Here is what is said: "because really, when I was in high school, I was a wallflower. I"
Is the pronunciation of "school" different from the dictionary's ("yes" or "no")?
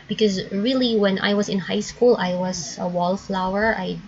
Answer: no